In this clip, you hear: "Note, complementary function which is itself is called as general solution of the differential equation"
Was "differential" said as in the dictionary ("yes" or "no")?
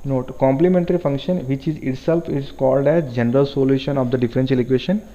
no